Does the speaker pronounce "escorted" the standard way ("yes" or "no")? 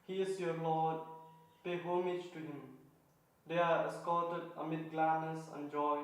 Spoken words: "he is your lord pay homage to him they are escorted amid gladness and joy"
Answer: no